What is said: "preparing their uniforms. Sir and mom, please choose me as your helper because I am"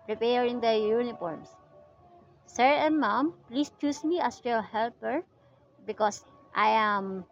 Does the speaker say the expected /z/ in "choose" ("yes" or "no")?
no